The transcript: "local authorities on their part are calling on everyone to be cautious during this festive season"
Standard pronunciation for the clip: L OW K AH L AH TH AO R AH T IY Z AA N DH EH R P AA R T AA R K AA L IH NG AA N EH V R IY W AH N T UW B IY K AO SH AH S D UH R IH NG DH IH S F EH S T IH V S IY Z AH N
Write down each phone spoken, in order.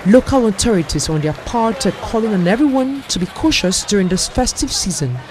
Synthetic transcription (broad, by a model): L OW K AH L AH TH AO R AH T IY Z AA N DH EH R P AA R T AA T K AA L IH NG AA N EH V R IY W AH N T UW B IY K AO SH AH S D UH R IH NG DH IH S F EH S T IH V S IY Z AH N